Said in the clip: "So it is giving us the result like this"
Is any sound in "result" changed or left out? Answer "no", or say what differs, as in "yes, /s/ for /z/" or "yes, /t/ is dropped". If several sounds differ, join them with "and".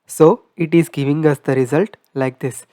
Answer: no